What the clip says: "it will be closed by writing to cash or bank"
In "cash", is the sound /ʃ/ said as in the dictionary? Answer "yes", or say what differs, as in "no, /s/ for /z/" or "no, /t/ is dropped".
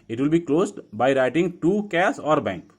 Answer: no, /s/ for /ʃ/